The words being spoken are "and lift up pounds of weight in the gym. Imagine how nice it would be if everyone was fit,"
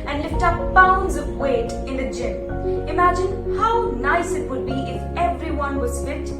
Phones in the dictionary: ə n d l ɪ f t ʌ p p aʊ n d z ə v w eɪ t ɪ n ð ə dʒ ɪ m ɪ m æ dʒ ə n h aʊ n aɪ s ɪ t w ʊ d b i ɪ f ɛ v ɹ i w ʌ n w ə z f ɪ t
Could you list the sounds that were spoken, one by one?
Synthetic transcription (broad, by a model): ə n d l ɪ f t ʌ p b aʊ n d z ə v w eɪ t ɪ n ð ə dʒ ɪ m ɪ m æ dʒ ə n h aʊ n aɪ s ɪ t w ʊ d b i ɪ f ɛ v ɹ i w ʌ n w ə z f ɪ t